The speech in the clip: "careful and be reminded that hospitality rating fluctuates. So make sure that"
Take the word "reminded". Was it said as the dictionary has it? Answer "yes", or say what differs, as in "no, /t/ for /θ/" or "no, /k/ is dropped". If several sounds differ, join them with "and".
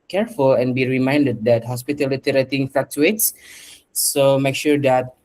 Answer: yes